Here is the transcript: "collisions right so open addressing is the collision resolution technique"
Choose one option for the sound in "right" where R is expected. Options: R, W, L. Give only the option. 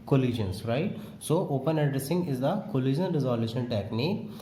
R